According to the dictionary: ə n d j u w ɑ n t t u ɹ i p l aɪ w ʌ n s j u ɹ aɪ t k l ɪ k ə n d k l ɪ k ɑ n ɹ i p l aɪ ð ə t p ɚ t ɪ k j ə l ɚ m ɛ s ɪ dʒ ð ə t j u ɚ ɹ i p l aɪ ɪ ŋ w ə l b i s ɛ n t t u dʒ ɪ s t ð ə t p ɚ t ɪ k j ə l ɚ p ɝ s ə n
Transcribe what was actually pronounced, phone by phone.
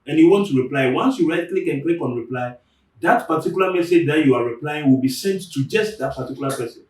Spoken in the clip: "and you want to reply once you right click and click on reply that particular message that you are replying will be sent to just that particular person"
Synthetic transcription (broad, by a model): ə n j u w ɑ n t t u ɹ i p l aɪ w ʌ n s j u ɹ aɪ t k l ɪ k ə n k l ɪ k ɑ n ɹ i p l aɪ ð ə t p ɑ t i k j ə l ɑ m ɛ s ɪ dʒ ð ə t j u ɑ ɹ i p l aɪ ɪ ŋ w ə l b i s ɛ n t t u dʒ ɪ s t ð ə t p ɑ t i k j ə l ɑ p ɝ s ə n